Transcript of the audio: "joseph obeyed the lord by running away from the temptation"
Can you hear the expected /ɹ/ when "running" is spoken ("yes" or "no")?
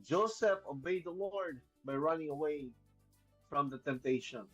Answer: yes